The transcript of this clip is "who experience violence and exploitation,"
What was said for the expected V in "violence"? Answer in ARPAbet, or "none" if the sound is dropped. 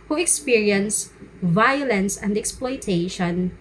V